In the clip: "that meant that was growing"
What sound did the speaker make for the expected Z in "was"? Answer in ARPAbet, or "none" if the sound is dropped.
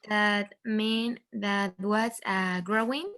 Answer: S